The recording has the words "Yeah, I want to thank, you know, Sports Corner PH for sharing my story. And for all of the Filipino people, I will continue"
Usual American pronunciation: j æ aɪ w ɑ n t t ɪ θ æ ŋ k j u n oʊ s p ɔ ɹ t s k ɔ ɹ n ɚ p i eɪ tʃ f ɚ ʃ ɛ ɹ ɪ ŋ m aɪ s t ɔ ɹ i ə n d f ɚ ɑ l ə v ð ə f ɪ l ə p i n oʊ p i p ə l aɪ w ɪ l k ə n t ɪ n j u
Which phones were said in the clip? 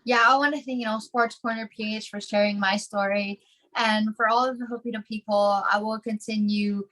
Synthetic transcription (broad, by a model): j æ aɪ w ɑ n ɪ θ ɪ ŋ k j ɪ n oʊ s p ɔ ɹ t s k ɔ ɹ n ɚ p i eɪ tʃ f ɚ ʃ ɛ ɹ ɪ ŋ m aɪ s t ɔ ɹ i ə n f ɚ ɑ l ə v ð ə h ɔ ə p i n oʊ p i p l aɪ w ɪ l k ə n t ɪ n j u